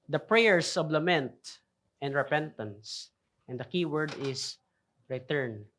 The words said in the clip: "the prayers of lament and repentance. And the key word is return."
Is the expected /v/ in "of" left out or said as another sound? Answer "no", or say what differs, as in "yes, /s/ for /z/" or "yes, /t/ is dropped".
yes, /b/ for /v/